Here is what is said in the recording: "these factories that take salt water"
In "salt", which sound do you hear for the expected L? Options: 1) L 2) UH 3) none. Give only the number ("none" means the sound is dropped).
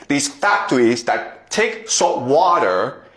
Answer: 3